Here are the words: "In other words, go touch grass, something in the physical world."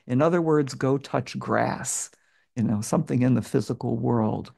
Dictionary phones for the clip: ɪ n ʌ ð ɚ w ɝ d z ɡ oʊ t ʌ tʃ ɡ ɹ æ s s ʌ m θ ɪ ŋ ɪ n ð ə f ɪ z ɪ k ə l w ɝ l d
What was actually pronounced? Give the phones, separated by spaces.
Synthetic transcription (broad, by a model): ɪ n ʌ ð ɚ w ɝ d z ɡ oʊ t ʌ tʃ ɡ ɹ æ s s ʌ m θ ɪ ŋ ɪ n ð ə f ɪ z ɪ k l w ɝ l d